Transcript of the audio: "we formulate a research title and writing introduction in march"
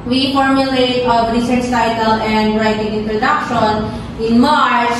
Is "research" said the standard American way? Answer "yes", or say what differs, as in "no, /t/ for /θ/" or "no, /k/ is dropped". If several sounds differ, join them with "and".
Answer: no, /s/ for /tʃ/